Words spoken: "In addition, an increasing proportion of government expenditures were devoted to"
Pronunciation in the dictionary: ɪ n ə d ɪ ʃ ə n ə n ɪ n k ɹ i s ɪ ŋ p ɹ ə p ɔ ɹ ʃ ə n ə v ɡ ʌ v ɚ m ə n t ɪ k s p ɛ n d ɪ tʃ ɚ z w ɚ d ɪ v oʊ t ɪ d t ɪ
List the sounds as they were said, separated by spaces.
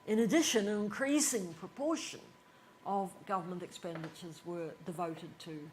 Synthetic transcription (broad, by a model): ɪ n ə d ɪ ʃ ə n ə n ɪ n k ɹ i s ɪ ŋ p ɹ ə p ɔ ɹ ʃ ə n ə v ɡ ʌ v ɚ m ə n t ɪ k s p ɛ n d ɪ tʃ ɚ z w ɚ d ɪ v oʊ t ɪ d t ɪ